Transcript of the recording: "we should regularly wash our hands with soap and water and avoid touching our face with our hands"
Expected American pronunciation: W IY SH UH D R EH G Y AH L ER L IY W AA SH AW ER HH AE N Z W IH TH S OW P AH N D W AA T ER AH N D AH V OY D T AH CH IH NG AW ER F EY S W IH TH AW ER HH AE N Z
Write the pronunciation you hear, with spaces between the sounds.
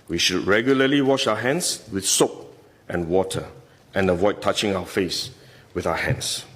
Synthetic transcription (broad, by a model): W IY SH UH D R EH G Y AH L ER L IY W AA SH AW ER HH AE N S W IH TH S OW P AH N W AA T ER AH N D AH V OY D T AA CH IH NG AW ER F EY S W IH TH AW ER HH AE N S